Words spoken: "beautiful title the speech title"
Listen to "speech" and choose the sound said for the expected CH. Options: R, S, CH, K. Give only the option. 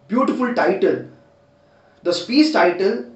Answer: S